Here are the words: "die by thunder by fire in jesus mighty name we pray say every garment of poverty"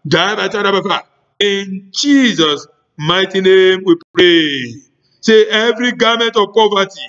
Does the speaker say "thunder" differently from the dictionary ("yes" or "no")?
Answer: yes